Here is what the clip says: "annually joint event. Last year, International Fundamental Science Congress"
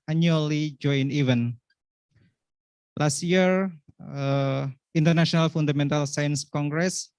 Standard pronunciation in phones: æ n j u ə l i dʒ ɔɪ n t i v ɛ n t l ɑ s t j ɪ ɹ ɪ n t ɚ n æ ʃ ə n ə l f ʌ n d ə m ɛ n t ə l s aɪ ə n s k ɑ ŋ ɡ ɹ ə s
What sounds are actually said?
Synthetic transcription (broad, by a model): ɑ n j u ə l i dʒ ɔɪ n i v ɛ n l ɑ s t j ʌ ɹ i n t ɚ n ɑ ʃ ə n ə l f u n d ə m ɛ n t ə l s aɪ ə n s k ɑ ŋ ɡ ɹ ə s